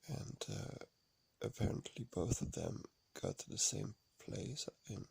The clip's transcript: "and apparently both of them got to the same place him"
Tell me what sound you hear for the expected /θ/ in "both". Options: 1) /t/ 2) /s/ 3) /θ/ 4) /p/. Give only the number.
3